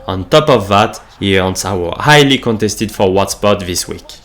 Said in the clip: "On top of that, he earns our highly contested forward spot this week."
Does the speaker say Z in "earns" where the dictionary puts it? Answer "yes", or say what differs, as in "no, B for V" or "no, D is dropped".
no, S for Z